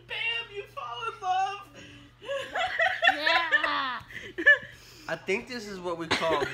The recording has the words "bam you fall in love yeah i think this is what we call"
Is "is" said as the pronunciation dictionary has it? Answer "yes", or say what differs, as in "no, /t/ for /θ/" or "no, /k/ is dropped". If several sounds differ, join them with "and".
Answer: yes